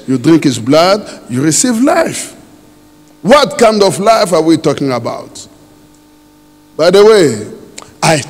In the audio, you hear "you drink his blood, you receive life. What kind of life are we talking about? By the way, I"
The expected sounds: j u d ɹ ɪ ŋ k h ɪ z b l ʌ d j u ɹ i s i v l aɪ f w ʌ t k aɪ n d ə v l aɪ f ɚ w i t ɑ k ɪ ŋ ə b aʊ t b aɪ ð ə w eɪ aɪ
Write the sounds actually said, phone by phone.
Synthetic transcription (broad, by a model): j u d ɹ ɪ ŋ k h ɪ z b l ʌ d j u ɹ i s i v l aɪ f w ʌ t k aɪ n d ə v l aɪ f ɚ w i t ɑ k ɪ ŋ ə b aʊ t b aɪ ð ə w eɪ aɪ